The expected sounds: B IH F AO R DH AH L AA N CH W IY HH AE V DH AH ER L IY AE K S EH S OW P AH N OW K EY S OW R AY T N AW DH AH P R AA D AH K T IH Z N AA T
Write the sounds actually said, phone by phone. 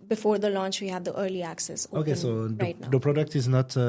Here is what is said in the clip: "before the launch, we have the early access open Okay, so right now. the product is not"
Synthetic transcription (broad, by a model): B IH F AO R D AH L AA N CH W IY HH AE V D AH ER L IY AE K S EH S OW OW K EY S OW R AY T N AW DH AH P R AA D AH K T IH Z N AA T